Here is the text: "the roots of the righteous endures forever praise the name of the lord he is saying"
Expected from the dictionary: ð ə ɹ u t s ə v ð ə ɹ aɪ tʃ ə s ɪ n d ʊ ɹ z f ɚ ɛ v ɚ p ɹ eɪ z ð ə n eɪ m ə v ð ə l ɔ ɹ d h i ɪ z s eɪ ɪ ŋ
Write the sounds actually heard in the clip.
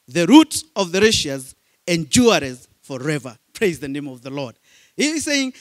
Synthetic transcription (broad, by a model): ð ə ɹ u t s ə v ð ə ɹ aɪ ʃ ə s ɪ n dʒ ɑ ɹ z f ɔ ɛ v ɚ p ɹ eɪ z ð ə n eɪ m ə v ð ə l ɔ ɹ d h i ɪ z s eɪ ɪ ŋ